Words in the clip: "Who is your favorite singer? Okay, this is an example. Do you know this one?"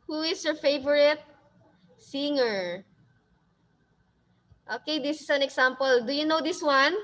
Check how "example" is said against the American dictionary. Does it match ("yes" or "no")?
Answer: no